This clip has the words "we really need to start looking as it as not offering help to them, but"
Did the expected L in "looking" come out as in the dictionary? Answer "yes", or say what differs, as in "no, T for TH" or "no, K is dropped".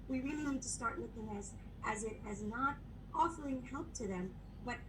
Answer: no, W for L